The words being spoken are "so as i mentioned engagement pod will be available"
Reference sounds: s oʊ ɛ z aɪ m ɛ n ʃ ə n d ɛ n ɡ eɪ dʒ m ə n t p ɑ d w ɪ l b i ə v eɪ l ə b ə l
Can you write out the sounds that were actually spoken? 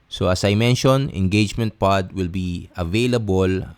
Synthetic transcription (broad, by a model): s oʊ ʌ s aɪ m ɛ n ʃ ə n ɛ n ɡ eɪ dʒ m ə n t p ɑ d w ɪ l b i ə v eɪ l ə b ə l